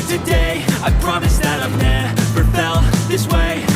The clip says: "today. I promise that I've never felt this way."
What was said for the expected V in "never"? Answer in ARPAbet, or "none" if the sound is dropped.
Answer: P